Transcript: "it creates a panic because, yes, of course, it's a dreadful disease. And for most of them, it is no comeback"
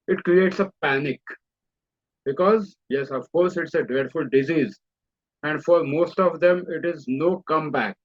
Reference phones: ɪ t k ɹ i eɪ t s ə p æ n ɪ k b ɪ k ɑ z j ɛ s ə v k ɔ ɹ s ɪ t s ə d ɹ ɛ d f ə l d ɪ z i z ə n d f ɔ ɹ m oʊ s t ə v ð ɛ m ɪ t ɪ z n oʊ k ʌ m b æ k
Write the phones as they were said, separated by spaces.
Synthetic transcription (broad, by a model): ɪ t k ɹ i eɪ t s ə p æ n ɪ k b ɪ k ɑ z j ɛ s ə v k ɔ ɹ s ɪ t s ə d ɛ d f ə l d ɪ z i z ə n d f ɔ ɹ m oʊ s t ə v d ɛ m ɪ t ɪ z n oʊ k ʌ m b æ k